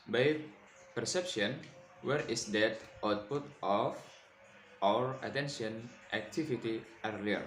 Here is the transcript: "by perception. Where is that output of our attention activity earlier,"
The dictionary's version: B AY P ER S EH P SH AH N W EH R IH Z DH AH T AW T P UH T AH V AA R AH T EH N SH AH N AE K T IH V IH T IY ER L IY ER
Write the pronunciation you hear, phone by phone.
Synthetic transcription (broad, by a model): B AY P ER S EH P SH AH N W EH R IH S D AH T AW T P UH T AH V AA R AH T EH N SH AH N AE K T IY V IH T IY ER L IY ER